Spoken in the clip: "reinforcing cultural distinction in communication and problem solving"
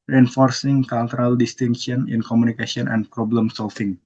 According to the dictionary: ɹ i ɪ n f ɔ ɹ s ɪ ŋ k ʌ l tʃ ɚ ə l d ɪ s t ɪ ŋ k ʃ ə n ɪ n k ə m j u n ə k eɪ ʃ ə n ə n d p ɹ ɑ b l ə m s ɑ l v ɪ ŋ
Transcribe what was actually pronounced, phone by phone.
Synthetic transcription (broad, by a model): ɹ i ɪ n f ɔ ɹ s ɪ ŋ k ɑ l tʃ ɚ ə l d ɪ s t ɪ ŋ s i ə n ɪ n k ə m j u n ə k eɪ s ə n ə n p ɹ ɑ b l ə m s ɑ l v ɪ ŋ